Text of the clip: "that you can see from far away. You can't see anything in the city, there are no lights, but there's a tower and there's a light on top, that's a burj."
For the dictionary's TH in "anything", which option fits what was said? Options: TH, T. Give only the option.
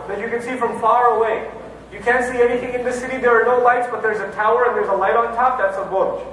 TH